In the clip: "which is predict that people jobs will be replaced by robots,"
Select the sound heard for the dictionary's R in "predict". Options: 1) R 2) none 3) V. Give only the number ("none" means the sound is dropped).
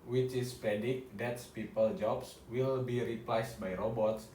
2